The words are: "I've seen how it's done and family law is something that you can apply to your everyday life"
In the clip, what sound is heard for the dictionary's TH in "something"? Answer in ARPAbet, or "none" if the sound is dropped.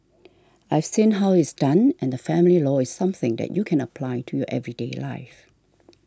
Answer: TH